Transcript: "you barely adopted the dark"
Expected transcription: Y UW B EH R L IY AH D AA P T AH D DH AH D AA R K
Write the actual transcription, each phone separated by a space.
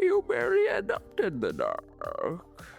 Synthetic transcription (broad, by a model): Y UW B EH R IY AH D AA P T AH D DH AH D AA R K